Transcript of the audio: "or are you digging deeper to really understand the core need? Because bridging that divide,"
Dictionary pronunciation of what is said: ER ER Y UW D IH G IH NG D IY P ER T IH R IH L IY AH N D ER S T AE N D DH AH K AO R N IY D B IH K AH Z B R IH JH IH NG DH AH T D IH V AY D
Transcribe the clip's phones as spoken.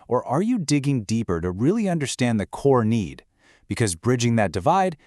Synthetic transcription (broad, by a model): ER ER Y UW D IH G IH NG D IY P ER T IH R IH L IY AH N D ER S T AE N DH AH K AO R N IY D B IH K AH Z B R IH JH IH NG DH AH T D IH V AY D